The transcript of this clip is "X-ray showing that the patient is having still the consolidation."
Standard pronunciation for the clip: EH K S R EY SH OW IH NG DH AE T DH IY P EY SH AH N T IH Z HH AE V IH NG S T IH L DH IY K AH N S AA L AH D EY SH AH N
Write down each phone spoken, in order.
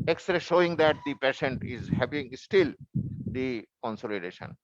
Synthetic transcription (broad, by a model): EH K S R EY SH OW IH NG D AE T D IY P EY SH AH N T IH Z HH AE P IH NG S T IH L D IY K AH N S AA L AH D EY SH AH N